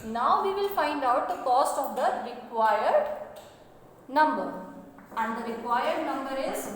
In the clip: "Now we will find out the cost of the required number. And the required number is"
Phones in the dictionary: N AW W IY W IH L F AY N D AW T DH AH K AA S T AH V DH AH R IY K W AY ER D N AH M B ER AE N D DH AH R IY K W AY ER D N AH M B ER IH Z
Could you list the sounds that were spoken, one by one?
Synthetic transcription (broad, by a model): N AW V IY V IH L F AY N D AW T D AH K AA S T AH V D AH R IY K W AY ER D N AH M B ER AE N D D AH R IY K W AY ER D N AH M B ER IH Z